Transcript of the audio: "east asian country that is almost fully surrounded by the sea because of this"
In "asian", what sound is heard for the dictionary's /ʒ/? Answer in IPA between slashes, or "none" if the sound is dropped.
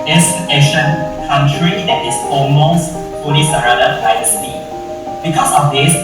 /ʃ/